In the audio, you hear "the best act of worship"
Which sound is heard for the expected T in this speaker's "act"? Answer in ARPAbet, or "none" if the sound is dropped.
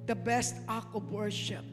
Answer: none